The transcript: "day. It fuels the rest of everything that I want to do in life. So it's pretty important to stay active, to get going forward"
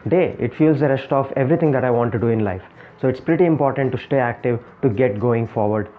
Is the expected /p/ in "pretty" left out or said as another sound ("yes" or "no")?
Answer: no